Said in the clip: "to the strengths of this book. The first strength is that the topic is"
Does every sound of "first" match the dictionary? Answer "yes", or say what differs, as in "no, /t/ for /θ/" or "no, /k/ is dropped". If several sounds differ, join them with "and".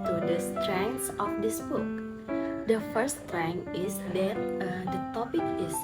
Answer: no, /s/ is dropped